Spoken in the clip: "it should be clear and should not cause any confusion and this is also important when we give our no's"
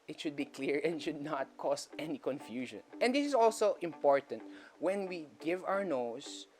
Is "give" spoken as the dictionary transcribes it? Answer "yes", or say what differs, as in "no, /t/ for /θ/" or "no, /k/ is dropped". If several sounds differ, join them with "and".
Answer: yes